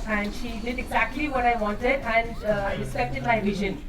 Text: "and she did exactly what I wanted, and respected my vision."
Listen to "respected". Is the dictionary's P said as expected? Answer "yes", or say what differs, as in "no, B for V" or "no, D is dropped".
no, P is dropped